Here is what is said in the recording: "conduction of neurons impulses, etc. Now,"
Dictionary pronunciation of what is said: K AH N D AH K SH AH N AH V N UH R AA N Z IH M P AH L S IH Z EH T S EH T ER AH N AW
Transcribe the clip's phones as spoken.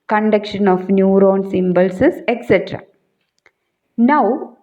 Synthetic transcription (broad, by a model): K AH N D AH K SH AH N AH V N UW R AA N S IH M B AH L S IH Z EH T S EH T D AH N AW